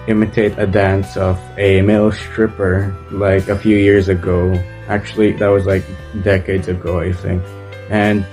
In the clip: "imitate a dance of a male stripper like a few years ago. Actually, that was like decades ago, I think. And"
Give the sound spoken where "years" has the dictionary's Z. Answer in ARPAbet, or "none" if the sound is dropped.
Z